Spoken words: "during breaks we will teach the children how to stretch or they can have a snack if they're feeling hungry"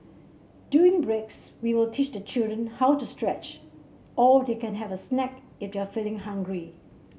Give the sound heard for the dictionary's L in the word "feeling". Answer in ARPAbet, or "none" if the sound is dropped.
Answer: L